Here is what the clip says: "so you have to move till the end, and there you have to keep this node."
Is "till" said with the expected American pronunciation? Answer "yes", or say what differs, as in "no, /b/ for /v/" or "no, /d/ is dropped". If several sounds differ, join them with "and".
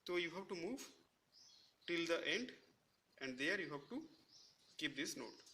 yes